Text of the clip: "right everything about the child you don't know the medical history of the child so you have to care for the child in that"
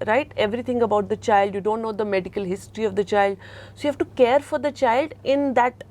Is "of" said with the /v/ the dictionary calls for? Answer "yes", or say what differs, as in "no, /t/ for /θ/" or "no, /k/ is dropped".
yes